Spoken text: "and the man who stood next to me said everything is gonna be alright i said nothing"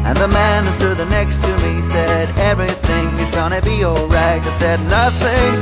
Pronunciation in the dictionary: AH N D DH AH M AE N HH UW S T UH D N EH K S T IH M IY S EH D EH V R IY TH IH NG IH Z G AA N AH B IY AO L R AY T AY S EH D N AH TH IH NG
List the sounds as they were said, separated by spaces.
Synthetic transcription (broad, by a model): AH N DH AH M AE N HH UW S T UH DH N EH K S T IH M IY S EH D EH V R IY TH IH NG IH Z G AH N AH B IY AO L R AY T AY S EH D N AH TH IH NG